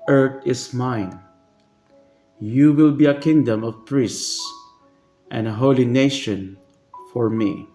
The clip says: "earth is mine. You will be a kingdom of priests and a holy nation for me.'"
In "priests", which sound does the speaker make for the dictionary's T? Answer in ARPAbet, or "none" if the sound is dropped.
S